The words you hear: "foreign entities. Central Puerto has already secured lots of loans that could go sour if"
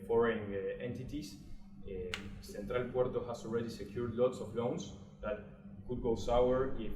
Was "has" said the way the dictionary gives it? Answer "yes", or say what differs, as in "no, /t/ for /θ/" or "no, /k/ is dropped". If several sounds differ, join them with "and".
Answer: no, /s/ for /z/